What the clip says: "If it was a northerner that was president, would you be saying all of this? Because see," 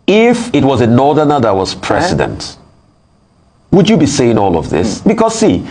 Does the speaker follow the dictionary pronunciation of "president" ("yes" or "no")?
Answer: no